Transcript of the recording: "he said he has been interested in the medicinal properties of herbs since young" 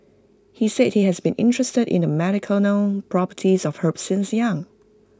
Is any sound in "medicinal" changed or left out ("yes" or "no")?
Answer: yes